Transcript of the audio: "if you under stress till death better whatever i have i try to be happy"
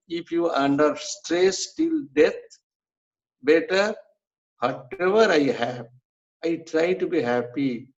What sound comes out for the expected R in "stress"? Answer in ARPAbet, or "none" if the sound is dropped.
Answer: R